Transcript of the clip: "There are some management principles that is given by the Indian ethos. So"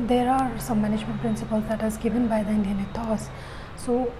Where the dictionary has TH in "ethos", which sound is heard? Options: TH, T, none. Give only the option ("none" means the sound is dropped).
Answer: T